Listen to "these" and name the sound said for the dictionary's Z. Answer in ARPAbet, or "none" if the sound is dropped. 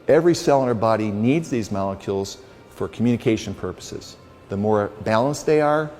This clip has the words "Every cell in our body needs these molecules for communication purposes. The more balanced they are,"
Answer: Z